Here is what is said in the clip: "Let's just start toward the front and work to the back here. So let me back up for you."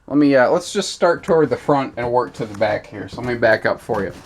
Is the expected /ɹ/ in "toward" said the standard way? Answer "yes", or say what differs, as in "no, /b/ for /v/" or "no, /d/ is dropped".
yes